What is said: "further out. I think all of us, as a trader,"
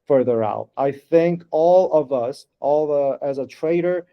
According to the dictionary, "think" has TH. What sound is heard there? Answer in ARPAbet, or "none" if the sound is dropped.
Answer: TH